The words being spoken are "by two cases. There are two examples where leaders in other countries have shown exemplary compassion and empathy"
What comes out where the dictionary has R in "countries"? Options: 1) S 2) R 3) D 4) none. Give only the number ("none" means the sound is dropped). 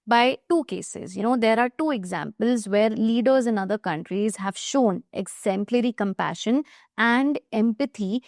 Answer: 2